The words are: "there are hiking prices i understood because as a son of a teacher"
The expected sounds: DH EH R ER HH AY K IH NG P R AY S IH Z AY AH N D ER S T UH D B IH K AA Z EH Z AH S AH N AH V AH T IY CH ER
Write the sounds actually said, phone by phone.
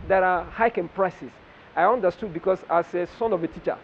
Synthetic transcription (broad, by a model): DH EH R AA HH AY K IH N P R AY S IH S AY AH N D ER S T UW D B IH K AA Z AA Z AH S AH N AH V AH T IY CH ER